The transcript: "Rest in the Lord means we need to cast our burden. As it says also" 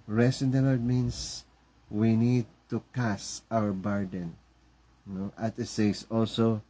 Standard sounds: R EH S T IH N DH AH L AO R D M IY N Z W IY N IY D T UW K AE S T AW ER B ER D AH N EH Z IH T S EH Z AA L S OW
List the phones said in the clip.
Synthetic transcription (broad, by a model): R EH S IH N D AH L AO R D M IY N S W IY N IY D T UW K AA S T AW ER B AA D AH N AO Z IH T S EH S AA L S OW